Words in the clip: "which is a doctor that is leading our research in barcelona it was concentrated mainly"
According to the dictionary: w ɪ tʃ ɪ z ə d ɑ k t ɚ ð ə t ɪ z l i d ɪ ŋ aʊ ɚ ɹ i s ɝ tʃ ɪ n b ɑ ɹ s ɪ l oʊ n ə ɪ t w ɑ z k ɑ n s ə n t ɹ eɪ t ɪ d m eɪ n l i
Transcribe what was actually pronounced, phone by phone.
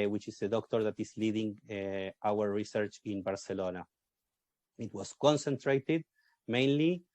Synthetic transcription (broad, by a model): w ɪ tʃ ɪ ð ə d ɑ k t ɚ ð ə t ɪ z l i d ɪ ŋ aʊ ɚ ɹ i s ɝ tʃ ɪ n b ɑ ɹ s ɪ l oʊ n ə ɪ t w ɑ s k ɑ n s ə n t ɹ eɪ t ɪ d m eɪ n l i